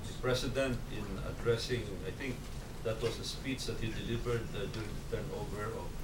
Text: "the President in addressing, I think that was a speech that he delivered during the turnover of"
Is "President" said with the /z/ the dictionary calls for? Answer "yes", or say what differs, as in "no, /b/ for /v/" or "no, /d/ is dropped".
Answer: no, /s/ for /z/